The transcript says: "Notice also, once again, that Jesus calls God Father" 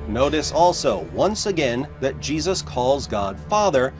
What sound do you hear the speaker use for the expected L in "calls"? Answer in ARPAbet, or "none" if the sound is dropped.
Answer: L